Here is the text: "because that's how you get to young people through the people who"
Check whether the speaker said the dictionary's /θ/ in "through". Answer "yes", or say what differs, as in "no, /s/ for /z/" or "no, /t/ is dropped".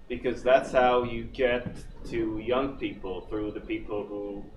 yes